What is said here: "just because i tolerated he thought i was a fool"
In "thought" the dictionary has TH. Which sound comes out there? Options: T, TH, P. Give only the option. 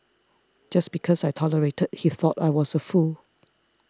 TH